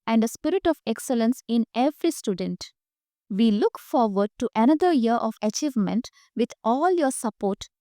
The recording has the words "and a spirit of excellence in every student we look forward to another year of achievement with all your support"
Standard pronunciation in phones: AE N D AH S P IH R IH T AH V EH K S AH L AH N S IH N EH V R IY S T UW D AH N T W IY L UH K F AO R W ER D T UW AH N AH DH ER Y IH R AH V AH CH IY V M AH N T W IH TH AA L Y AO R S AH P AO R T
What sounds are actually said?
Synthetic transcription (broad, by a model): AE N D AH S P IH R IH T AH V EH K S AH L AH N S IH N EH V R IY S T UW D AH N T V IY L UH K F AO R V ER D T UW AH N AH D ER Y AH R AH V AH CH IY V M AH N T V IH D AA L Y AO R S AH P AO R T